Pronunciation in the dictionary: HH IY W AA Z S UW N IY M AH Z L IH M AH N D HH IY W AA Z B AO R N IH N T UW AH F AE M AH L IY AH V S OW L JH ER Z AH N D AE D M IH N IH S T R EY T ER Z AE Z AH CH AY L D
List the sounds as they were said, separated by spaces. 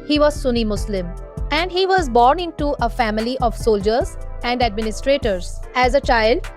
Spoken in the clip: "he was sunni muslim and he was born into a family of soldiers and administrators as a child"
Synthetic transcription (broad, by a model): HH IY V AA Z S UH N IY M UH S L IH M AH N D HH IY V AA Z B AO R N IH N T UW AH F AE M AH L IY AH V S OW L JH ER Z AH N D AE D M IH N IH S T R EY T ER Z AE Z AH CH AY L D